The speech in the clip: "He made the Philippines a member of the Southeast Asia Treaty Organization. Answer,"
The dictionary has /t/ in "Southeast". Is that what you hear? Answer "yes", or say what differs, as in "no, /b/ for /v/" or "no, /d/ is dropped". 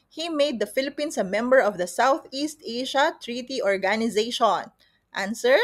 yes